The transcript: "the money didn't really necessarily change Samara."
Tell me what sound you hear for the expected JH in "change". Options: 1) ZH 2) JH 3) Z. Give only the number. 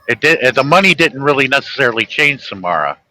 1